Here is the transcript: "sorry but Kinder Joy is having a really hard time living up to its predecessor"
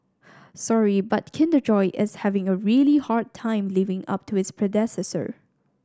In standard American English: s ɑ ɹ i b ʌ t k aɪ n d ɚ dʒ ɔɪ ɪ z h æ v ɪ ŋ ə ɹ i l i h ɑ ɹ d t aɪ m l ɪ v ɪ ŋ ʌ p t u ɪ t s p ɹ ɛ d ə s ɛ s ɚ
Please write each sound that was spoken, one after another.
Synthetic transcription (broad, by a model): s ɑ ɹ i b ʌ t k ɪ n d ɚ dʒ ɔɪ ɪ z h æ v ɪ ŋ ə ɹ i l i h ɑ ɹ d t aɪ m l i v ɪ ŋ ʌ p t u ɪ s p ɹ ɛ d ə s ɛ s ɚ